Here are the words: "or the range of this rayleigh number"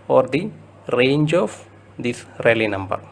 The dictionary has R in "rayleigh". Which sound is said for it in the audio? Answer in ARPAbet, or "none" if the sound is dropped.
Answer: R